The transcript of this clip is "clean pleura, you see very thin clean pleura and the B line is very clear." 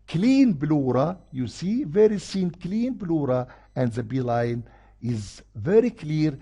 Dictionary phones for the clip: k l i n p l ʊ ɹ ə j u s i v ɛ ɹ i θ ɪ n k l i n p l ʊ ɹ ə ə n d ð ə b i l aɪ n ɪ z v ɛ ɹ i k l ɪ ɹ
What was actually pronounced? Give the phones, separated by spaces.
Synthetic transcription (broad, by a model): k l i n b l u ɹ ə j u s i v ɛ ɹ i s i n k l i n b l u ɹ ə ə n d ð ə b i l aɪ n ɪ z v ɛ ɹ i k l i ɹ